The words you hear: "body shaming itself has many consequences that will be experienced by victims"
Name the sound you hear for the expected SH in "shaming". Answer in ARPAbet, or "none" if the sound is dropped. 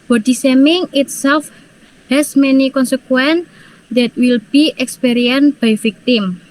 S